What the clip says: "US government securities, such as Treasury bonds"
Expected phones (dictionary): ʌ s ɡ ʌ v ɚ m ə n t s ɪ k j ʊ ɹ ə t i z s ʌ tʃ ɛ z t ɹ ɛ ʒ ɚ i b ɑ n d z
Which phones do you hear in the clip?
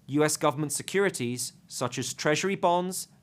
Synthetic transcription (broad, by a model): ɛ s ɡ ʌ v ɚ m ə n t s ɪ k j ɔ ɹ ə t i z s ʌ tʃ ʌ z t ɹ ɛ ʒ ɚ i b ɑ n d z